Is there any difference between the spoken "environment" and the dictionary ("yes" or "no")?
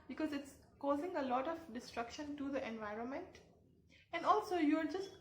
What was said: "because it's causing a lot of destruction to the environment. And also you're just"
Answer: no